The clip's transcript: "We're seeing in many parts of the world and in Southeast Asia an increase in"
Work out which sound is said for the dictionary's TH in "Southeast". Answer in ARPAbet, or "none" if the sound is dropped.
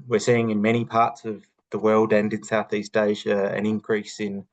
TH